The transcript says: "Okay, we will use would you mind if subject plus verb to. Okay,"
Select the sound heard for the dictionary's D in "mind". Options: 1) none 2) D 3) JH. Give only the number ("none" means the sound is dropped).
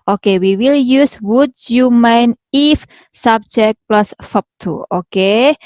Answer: 1